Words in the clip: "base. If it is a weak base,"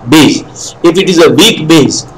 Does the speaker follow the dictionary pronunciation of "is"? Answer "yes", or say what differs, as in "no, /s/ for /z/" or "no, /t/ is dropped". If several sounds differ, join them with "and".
yes